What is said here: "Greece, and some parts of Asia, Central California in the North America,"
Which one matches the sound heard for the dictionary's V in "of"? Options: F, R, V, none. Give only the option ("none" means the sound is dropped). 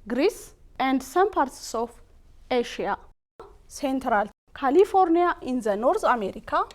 F